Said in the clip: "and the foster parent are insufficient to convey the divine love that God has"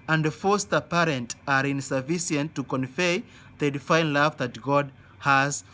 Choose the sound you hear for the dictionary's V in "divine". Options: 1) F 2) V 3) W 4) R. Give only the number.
1